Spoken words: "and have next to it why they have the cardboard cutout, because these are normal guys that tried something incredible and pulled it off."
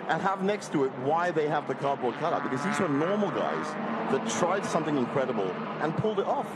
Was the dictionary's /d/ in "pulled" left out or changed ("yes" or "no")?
no